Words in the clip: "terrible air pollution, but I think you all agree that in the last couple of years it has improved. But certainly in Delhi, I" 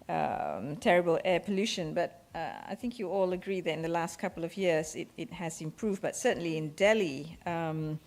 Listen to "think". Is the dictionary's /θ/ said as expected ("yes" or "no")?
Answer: yes